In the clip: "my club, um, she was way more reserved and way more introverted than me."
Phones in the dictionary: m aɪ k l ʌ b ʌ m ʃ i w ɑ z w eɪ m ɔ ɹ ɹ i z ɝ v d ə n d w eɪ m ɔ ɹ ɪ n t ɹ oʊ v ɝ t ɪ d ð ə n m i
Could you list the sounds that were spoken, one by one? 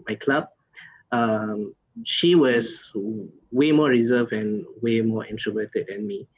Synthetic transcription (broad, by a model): m aɪ k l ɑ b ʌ m ʃ i w ɑ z w eɪ m ɔ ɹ ɹ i z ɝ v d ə n w eɪ m ɔ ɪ n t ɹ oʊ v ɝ t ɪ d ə n m i